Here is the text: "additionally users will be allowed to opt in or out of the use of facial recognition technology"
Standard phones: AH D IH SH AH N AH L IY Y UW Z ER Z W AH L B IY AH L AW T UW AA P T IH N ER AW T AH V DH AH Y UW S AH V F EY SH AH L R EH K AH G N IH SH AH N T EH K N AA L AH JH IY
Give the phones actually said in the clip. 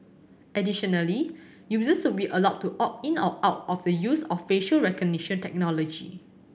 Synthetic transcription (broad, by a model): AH D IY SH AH N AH L IY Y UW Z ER S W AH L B IY AH L AW T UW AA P IH N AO AW T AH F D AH Y UW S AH F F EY SH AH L R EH K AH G N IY SH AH N T EH K N AA L AH JH IY